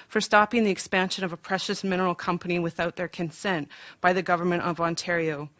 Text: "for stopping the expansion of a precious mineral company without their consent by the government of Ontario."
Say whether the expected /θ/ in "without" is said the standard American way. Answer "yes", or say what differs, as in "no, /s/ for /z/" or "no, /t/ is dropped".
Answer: yes